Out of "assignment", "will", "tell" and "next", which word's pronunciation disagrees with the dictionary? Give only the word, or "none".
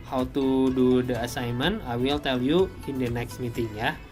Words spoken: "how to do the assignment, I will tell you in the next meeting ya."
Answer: assignment